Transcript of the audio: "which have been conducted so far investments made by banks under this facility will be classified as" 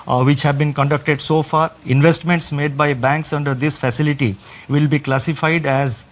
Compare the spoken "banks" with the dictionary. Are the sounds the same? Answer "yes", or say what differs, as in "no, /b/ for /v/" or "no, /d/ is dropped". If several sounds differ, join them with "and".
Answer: yes